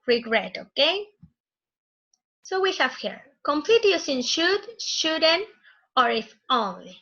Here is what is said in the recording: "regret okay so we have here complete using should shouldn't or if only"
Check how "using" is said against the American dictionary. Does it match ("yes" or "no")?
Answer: no